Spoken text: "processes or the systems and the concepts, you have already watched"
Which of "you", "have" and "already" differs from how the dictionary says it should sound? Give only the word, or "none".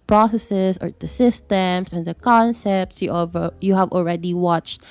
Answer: none